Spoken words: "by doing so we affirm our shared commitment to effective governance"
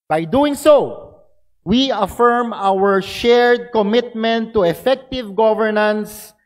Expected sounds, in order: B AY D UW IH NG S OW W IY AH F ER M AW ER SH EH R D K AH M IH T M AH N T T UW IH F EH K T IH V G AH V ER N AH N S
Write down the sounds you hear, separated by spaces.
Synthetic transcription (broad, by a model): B AY D UW IH NG S OW W IY AH F ER M AW ER SH EH R D K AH M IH T M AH N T T UW IH F EH K T IH V G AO V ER N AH N S